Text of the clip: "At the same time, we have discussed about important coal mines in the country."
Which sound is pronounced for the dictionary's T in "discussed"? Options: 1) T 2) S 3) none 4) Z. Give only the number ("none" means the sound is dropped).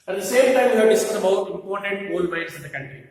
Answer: 3